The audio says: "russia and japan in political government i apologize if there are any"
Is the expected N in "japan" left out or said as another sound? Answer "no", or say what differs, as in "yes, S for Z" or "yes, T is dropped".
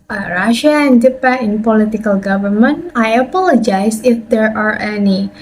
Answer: yes, N is dropped